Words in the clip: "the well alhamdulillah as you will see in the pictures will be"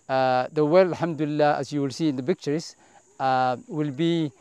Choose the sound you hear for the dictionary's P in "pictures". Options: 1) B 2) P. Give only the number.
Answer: 1